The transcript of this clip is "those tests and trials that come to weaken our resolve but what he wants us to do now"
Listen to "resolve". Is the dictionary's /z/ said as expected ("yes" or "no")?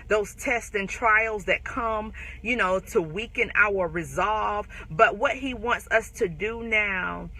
yes